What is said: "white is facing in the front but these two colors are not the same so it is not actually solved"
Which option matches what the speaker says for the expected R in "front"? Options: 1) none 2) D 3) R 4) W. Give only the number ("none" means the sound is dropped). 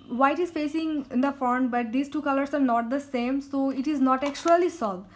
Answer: 1